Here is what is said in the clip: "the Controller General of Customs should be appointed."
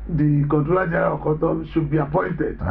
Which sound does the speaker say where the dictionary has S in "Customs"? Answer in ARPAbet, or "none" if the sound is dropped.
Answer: none